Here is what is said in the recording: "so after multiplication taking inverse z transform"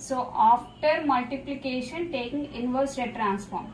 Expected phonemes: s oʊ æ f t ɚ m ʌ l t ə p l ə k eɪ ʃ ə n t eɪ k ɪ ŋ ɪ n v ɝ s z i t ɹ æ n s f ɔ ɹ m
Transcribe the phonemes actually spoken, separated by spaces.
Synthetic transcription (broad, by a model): s oʊ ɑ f t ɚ m ʌ l t ə p l ə k eɪ ʃ ə n t eɪ k ɪ ŋ ɪ n v ɝ s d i t ɹ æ n s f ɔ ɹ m